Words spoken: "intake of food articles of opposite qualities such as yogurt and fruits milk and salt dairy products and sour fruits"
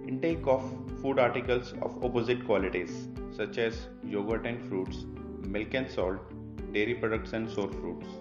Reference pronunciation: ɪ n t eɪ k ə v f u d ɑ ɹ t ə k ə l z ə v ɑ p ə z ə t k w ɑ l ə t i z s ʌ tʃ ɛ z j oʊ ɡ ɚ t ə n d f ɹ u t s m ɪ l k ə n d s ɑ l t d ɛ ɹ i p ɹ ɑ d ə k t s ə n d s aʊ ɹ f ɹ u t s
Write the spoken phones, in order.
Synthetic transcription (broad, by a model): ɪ n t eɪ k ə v f u d ɑ ɹ t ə k ə l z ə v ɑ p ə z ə t k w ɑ l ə t i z s ʌ tʃ ɛ z j oʊ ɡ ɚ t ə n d f ɹ u t s m ɪ l k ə n s ɑ l t d ɛ ɹ i p ɹ ɑ d ə k t s ə n d s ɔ ɹ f ɹ u t s